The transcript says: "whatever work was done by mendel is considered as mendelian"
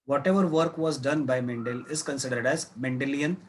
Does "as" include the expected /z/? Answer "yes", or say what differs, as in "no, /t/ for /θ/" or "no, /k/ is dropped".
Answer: yes